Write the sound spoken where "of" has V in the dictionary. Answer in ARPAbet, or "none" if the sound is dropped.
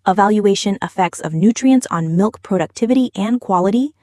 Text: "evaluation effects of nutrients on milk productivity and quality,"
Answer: V